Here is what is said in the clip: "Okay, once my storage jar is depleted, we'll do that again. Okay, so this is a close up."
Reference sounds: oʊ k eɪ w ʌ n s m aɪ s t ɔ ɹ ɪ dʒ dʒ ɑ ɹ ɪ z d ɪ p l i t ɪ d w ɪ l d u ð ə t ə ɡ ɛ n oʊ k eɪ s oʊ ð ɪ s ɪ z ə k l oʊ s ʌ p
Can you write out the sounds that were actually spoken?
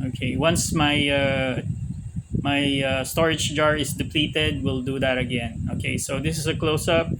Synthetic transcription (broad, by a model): oʊ k eɪ w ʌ n s m aɪ s t ɔ ɹ ɪ dʒ dʒ ɑ ɹ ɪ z d ɪ p l i t ɪ d w ɪ l d u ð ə t ə ɡ ɛ n oʊ k eɪ s oʊ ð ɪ s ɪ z ə k l oʊ s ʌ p